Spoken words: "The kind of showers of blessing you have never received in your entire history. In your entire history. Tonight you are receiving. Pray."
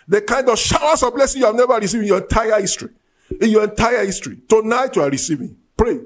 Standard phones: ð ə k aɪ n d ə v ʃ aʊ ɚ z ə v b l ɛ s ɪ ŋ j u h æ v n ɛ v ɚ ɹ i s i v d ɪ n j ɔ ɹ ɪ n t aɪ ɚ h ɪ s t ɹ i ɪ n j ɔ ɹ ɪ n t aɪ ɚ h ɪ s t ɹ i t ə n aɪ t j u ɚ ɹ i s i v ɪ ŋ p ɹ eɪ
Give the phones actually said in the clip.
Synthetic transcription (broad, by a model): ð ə k aɪ n d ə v ʃ aʊ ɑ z ə v b l ɛ s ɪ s j u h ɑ v n ɛ v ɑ ɹ i s i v ɪ n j ɔ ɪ n t aɪ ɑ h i s t ɹ i ɪ n j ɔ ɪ n t aɪ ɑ h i s t ɹ i t ə n aɪ t j u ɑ ɹ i s i v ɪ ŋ p ɹ eɪ